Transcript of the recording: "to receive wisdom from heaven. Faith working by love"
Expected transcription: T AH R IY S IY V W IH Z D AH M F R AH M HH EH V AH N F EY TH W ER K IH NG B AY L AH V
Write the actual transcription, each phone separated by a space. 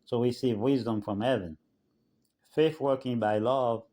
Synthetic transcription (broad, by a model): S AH W IY S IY V W IH Z D AH M F R AH M HH EH V AH N F EY TH W ER K IH NG B AY L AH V